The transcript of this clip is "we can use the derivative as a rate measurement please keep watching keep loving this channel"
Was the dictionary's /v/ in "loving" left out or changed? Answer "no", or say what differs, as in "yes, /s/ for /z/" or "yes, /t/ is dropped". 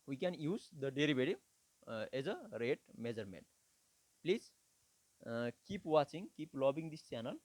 yes, /b/ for /v/